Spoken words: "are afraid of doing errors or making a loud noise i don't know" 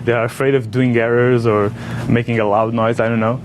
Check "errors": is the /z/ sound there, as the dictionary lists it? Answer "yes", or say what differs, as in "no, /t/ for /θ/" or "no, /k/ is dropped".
yes